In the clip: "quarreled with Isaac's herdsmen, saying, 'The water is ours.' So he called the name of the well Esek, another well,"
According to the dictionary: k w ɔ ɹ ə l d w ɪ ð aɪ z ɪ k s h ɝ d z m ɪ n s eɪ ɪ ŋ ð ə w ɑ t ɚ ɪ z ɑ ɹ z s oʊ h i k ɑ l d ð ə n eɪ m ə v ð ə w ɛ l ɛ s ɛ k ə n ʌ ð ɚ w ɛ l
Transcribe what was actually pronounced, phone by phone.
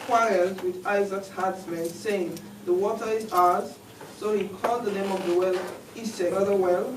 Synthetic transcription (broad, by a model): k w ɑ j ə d w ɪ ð aɪ z ɪ k s h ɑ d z m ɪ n s eɪ ɪ ŋ ð ə w ɑ t ɚ ɪ z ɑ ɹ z s oʊ h i k ɑ l d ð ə n eɪ m ə v ð ə w ɛ l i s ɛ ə ʌ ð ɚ w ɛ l